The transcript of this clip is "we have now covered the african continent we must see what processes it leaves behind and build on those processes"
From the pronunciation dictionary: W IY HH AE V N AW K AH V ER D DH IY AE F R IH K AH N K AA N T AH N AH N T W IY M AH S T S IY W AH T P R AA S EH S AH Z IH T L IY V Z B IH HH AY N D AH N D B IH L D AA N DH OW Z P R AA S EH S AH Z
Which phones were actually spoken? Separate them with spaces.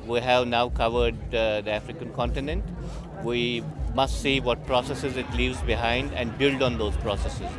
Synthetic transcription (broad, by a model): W IY HH AE V N AW K AH V ER D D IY AE F R IH K AH N K AA N T AH N AH N T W IY M AH S T S IY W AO T P R AA S EH S AH Z IH T L IY V Z B IH HH AY N D AH N D B IH L D AA N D OW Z P R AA S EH S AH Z